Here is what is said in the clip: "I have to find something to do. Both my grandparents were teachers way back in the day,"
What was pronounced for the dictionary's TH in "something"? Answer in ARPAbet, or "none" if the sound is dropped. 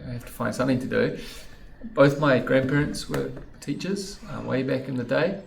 TH